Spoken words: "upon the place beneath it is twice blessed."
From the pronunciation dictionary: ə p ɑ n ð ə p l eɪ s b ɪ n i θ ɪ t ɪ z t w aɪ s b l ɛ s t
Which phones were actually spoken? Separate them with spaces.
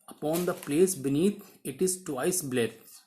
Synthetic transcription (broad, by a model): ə p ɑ n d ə p l eɪ s b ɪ n i t ɪ t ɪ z t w aɪ s b l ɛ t